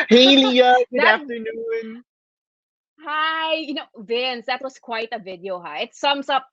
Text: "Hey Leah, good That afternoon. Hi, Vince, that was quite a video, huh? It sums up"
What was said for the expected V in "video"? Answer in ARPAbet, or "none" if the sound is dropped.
V